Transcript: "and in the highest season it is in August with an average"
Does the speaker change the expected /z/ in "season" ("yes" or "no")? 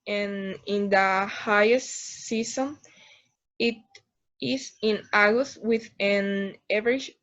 yes